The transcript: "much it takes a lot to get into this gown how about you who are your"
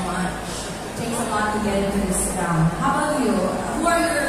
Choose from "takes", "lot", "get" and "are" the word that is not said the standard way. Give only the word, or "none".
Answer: takes